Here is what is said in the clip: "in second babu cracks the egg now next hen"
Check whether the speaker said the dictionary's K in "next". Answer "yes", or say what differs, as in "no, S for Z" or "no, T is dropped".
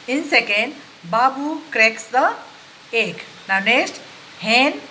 no, K is dropped